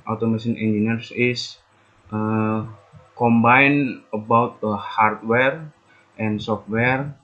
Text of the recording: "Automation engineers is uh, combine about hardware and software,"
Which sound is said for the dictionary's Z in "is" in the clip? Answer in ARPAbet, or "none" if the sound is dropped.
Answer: S